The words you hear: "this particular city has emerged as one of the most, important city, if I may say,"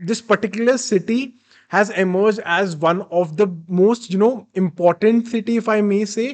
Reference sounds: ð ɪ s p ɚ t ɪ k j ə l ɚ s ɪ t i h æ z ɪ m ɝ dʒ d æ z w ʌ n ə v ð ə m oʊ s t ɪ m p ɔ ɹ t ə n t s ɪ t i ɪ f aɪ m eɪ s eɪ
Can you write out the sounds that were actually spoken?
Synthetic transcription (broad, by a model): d ɪ s p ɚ t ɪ k j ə l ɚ s ɪ t i h æ z ɪ m ɝ dʒ d æ z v ʌ n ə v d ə m oʊ s t ɪ m p ɔ ɹ t ə n t s ɪ t i ɪ f aɪ m eɪ s eɪ